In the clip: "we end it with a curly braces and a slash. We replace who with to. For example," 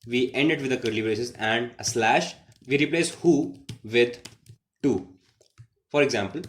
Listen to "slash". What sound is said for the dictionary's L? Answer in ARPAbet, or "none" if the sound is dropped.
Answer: L